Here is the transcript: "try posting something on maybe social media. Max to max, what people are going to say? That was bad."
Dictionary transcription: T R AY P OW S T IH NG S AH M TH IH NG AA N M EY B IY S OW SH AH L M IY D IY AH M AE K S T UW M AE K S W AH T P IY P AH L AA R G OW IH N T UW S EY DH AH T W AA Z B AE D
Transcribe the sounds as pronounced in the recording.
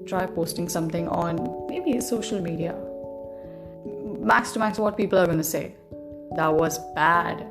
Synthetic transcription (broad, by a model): T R AY P OW S T IH NG S AH M T IH NG AA N M EY B IY S OW SH AH L M IY D IY AH M AE K S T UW M AE K S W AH T P IY P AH L AA R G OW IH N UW S EY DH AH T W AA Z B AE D